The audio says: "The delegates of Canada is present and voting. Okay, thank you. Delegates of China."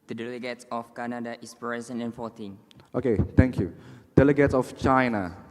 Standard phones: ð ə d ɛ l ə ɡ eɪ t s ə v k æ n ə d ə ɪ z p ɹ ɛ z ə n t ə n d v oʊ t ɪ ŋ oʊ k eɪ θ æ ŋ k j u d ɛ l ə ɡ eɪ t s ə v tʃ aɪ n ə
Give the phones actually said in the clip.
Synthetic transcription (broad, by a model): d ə d ɛ l ə ɡ eɪ t s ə f k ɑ n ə d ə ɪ s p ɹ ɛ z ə n ə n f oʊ t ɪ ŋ oʊ k eɪ t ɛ ŋ k j u d ɛ l ə ɡ eɪ t s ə f tʃ aɪ n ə